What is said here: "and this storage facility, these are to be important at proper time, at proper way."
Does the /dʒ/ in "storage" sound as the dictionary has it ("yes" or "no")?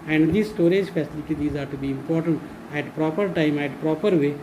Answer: yes